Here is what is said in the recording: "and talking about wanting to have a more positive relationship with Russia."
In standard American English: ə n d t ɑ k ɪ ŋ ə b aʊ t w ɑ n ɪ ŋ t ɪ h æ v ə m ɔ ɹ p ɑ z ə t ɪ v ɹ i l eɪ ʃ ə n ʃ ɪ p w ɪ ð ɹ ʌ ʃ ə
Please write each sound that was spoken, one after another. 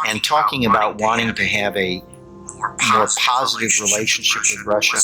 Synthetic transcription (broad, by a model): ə n t ɑ k ɪ ŋ ə b aʊ t w ɑ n ɪ ŋ t ɪ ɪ v ə m ɔ ɹ p ɑ z ə t ɪ v ɹ i l eɪ ʃ ə n ʃ ɪ p w ɪ ð ɹ ʌ ʃ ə